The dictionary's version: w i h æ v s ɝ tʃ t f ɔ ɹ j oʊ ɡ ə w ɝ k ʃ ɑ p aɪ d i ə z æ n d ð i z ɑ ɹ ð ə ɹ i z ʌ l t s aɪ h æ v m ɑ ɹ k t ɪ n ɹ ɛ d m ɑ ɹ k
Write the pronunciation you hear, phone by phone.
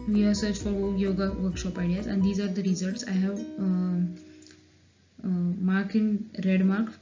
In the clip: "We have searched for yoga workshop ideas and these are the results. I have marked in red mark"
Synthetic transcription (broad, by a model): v i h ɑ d s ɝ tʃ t f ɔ ɹ j oʊ ɡ ə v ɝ k ʃ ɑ p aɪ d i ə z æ n d i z ɑ ɹ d ə ɹ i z ʌ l t s aɪ h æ v m ɑ ɹ k ɪ n ɹ ɛ d m ɑ ɹ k